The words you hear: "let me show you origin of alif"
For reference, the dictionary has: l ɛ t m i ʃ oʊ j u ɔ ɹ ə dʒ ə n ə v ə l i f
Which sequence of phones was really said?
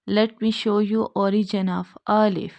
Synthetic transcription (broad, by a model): l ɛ t m i ʃ oʊ j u ɔ ɹ ə dʒ ə n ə f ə l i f